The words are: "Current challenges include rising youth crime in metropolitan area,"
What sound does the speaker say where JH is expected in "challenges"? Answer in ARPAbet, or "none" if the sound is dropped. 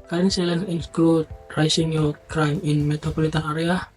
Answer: none